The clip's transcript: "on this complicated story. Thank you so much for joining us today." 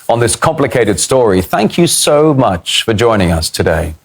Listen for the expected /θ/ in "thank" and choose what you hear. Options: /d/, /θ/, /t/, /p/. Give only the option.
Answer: /θ/